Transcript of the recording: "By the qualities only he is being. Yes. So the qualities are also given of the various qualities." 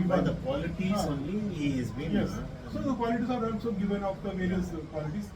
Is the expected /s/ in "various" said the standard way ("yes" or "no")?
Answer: no